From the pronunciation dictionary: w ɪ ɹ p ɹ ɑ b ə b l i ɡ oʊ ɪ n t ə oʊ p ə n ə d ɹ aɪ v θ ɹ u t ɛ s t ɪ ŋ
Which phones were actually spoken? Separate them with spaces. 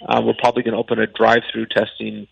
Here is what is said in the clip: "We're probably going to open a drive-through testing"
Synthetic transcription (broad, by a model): w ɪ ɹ p ɹ ɑ b ə b l i ɡ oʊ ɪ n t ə oʊ p ə n ə d ɹ aɪ v θ ɹ u t ɛ s t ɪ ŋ